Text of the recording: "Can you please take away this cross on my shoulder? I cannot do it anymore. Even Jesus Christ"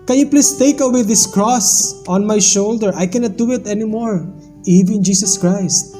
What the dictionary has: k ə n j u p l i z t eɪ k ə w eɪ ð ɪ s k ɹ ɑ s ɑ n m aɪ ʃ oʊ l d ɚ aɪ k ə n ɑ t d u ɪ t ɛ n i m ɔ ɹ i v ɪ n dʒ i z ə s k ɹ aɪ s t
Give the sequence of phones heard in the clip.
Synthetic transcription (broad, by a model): k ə n j u p l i s t eɪ k ə w eɪ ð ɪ s k ɹ ɑ s ɑ n m aɪ ʃ oʊ l d ɚ aɪ k ə n ɑ t d u ɪ t ɛ n i m ɔ ɹ i v ɪ n dʒ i s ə s k ɹ aɪ s t